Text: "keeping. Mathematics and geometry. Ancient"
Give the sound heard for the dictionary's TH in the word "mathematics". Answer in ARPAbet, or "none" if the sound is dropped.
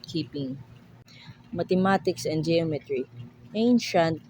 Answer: T